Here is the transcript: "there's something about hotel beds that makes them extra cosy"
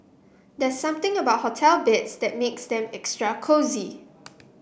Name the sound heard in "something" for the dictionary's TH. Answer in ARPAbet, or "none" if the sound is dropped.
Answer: T